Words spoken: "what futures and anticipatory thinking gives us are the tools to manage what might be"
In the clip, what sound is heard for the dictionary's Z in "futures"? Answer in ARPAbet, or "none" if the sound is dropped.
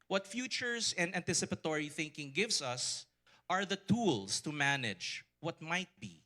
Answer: S